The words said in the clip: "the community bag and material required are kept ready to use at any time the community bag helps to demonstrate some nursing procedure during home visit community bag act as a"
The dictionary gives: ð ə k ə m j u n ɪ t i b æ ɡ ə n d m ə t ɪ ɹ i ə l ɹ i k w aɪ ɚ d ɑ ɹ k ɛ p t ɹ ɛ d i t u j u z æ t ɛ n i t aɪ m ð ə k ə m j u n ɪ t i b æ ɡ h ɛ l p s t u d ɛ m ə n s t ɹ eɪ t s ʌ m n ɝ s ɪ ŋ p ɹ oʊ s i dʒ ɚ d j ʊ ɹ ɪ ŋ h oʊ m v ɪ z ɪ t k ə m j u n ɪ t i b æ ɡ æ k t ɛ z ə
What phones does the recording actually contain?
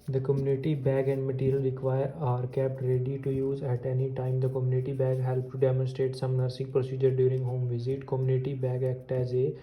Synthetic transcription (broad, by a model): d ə k ə m j u n ɪ t i b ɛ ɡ ə n d m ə t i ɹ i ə l ɹ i k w aɪ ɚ d ɑ ɹ k ɛ p t ɹ ɛ d i t u j u z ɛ t ɛ n i t aɪ m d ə k ə m j u n ɪ t i b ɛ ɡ h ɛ l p t u d ɛ m ə n s t ɹ eɪ t s ʌ m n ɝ s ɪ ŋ p ɹ oʊ s i dʒ ɚ d j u ɹ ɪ ŋ h oʊ m v ɪ z ɪ t k ə m j u n ɪ t i b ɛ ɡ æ k t ɛ z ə